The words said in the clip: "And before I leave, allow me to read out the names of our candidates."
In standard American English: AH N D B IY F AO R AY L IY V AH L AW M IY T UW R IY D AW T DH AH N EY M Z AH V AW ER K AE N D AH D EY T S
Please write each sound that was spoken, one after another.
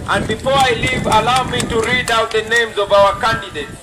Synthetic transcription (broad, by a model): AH N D B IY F AO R AY L IY V AH L AW M IY T UW R IY D AW T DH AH N EY M Z AH V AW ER K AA N D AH D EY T